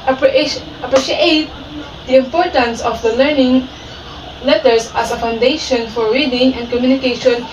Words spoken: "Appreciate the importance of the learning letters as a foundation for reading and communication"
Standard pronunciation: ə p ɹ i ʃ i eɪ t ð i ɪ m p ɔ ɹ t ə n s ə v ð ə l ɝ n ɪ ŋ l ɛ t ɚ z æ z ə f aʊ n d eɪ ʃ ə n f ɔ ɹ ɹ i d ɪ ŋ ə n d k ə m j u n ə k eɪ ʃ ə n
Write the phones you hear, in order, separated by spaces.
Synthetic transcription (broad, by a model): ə p ɹ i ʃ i eɪ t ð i ɪ m p ɔ ɹ t ə n s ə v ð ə l ɝ n ɪ ŋ l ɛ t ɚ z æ s ə f aʊ n d eɪ ʃ ə n f ɔ ɹ ɹ i d ɪ ŋ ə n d k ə m j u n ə k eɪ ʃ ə n